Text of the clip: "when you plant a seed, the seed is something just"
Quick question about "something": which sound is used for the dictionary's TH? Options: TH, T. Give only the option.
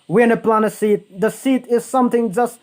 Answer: TH